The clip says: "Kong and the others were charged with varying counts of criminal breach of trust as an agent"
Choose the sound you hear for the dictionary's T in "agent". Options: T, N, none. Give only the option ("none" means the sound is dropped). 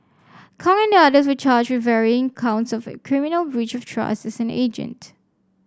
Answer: T